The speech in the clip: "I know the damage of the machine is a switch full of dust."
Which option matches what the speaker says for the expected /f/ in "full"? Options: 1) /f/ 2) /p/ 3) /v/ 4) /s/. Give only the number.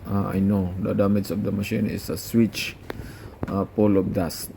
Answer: 2